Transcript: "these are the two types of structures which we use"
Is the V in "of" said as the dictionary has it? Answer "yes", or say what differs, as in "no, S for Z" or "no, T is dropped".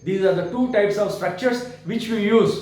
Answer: yes